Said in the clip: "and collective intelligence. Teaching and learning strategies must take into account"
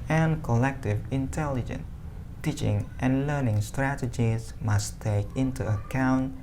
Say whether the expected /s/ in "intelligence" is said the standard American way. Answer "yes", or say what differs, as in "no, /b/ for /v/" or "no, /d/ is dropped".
no, /s/ is dropped